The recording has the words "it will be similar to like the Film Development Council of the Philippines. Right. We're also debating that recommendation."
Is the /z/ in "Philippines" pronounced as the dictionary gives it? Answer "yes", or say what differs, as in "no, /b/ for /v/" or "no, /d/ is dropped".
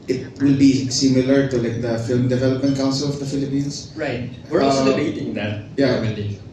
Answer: no, /s/ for /z/